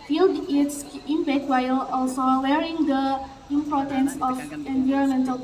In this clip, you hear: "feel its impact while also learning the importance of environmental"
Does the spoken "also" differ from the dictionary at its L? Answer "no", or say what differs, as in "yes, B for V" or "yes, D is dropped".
no